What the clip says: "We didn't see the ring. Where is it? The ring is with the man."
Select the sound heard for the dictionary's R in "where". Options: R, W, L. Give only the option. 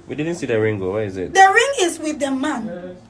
W